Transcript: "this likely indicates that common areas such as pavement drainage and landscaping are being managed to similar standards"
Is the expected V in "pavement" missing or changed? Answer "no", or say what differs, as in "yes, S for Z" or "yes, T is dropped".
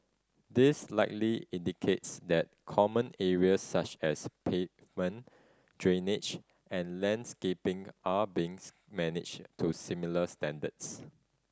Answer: yes, V is dropped